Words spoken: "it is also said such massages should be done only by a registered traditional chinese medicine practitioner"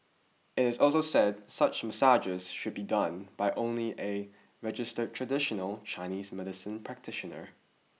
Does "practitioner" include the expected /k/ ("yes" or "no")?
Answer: yes